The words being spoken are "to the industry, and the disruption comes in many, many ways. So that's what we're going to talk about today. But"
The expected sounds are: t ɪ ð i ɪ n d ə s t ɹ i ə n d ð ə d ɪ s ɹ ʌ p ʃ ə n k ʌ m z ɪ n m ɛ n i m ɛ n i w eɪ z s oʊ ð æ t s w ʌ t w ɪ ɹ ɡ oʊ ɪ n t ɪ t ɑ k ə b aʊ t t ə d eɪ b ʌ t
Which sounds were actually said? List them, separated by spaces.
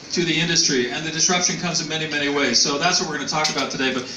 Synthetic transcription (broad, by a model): t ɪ ð i ɪ n d ə s t ɹ i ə n ð ə d ɪ s ɹ ʌ p ʃ ə n k ʌ m z ɪ n m ɛ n i m ɛ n i w eɪ z s oʊ ð æ t s w ʌ t w ɪ ɹ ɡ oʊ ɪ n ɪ t ɑ k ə b aʊ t t ə d eɪ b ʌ t